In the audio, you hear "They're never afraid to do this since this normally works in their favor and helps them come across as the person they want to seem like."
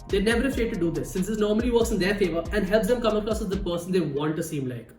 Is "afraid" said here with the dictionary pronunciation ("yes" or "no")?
no